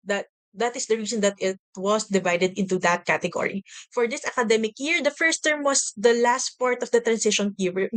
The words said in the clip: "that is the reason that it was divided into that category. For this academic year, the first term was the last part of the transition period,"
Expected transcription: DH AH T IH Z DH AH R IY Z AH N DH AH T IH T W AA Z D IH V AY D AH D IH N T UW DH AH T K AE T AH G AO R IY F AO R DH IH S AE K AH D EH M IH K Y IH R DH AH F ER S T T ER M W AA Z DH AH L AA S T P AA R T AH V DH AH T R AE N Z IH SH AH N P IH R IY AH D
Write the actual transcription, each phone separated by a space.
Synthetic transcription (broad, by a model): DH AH T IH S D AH R IY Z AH N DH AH T IH T W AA S D IH V AY D AH D IH N T UW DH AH T K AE T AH G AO R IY F AO R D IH S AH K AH D EH M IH K Y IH R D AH F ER S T T ER M W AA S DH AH L AA S T P AA R T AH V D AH T R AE N S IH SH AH N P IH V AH